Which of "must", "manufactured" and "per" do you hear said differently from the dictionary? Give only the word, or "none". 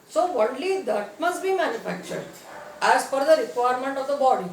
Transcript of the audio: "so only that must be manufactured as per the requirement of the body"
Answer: per